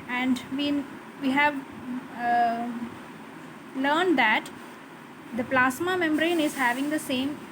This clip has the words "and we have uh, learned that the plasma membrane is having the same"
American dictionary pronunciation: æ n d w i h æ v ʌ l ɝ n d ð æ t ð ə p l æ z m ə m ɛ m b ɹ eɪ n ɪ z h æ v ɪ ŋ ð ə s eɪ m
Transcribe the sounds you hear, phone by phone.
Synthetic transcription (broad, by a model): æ n d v i h æ v l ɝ n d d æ t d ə p l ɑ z m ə m ɛ m b ɹ eɪ n ɪ z h æ v ɪ ŋ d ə s eɪ m